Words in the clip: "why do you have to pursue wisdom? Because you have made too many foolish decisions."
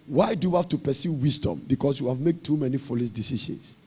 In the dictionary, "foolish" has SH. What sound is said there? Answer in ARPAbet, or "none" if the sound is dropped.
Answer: S